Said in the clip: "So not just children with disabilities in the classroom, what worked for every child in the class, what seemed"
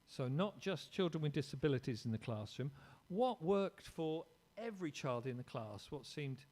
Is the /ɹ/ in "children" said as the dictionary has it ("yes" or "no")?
yes